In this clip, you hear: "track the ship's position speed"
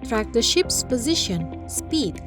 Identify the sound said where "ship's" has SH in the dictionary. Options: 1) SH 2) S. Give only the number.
1